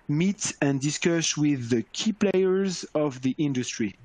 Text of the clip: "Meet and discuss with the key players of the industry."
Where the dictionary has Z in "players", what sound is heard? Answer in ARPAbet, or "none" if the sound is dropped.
Z